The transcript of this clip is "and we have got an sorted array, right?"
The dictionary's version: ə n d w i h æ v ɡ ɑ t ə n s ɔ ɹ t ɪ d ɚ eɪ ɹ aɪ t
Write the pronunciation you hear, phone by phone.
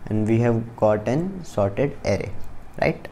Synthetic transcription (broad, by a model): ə n d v i h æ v ɡ ɑ t ə n s ɔ ɹ t ɪ d ɚ eɪ ɹ aɪ t